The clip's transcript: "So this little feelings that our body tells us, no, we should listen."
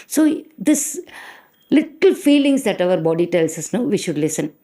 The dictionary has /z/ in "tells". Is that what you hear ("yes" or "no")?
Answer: no